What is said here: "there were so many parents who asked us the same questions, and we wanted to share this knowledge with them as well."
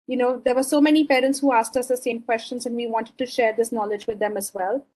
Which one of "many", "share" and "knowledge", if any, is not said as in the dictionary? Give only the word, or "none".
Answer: none